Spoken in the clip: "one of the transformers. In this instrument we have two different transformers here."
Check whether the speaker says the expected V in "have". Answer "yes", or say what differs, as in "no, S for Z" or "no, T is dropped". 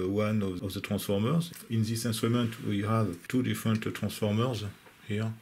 yes